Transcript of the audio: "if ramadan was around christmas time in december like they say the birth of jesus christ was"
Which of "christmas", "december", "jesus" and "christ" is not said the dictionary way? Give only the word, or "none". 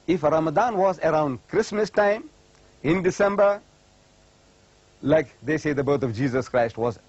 none